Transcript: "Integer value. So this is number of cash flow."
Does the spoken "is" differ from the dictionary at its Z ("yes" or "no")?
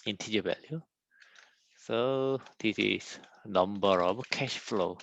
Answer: yes